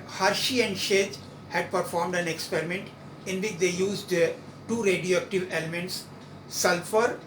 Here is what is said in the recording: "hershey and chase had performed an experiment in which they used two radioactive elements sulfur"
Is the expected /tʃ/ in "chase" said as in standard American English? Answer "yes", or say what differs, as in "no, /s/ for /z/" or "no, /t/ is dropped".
no, /ʃ/ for /tʃ/